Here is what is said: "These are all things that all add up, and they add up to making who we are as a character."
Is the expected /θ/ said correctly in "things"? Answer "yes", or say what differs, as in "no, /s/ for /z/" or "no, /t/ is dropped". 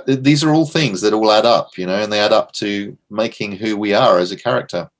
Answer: yes